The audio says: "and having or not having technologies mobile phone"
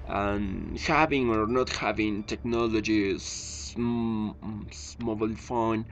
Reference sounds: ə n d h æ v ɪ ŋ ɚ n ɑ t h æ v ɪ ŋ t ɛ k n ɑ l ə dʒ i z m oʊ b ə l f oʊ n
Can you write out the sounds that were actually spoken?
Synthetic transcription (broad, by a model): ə n h æ v ɪ ŋ ɚ n ɑ t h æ v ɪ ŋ t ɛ k n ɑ l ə dʒ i s m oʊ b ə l f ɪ n